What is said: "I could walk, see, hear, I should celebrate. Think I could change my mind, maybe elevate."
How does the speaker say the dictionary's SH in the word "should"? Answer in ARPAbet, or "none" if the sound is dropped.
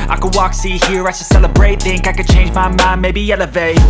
S